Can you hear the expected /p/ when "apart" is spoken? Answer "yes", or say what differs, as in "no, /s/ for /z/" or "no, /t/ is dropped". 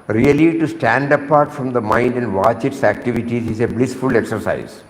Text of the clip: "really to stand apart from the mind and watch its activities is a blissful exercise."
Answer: yes